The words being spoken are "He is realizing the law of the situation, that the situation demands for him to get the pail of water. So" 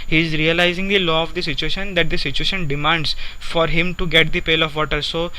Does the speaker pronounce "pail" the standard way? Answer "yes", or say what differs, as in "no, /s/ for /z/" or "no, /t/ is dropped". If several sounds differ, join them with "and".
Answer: yes